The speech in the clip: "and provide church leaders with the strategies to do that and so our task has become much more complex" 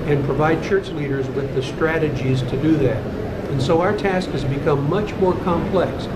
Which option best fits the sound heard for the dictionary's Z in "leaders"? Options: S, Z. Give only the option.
Z